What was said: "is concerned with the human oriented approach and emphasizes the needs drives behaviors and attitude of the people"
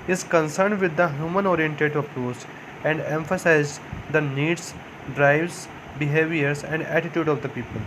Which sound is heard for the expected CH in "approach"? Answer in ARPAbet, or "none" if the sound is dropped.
S